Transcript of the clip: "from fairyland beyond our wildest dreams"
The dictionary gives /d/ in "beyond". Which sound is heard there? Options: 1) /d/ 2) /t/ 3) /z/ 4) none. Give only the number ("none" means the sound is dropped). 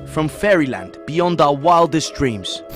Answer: 1